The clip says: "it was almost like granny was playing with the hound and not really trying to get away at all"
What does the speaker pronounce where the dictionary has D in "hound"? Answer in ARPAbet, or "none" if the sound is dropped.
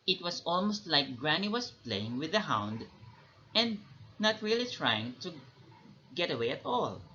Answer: D